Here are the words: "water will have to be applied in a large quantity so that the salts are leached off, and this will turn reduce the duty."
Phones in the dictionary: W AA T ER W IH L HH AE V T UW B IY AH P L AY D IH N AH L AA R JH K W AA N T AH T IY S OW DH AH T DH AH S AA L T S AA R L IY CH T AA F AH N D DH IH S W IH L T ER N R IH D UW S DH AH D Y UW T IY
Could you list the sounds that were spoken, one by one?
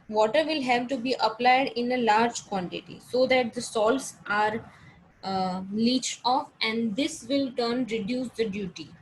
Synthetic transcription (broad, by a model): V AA T ER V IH L HH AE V T UW B IY AH P L AY D IH N AH L AA R JH K W AA N T AH T IY S OW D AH T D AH S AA L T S AA R L IY CH T AA F AH N D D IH S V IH L T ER N R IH D UW S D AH D Y UW T IY